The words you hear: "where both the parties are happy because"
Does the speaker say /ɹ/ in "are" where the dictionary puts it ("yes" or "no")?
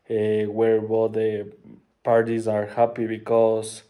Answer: yes